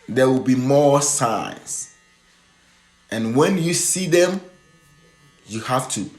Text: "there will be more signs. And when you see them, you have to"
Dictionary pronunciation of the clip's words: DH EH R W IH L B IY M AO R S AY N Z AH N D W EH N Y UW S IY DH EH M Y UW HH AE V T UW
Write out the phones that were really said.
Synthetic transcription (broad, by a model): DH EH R W IH L B IY M AO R S AY N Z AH N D W EH N Y UW S IY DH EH M Y UW HH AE F T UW